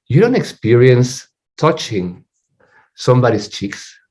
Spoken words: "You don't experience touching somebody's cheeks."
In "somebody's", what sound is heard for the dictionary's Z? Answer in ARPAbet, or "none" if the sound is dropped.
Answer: S